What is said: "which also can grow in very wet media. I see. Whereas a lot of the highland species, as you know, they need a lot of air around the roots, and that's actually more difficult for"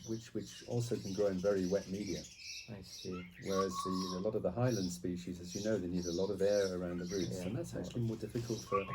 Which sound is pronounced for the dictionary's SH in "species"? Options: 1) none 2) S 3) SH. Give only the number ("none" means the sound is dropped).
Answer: 3